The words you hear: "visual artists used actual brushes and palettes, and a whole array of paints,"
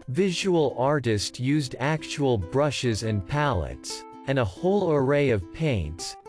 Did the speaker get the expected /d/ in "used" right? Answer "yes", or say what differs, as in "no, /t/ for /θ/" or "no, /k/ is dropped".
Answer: yes